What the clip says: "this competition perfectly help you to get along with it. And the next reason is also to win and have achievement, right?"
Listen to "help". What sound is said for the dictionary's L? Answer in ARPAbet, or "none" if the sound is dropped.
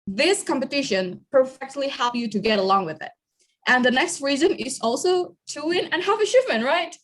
L